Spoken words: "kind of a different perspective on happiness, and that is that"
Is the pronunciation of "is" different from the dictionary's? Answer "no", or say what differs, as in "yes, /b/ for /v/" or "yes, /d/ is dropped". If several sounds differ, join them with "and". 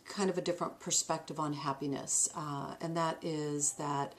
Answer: no